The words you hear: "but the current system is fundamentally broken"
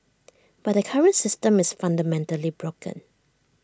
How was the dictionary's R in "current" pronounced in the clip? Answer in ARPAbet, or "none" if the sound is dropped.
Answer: R